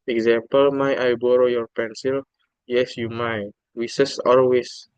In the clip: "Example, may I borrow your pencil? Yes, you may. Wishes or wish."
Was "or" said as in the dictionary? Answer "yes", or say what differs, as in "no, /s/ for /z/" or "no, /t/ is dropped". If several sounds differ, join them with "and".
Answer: no, /l/ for /ɹ/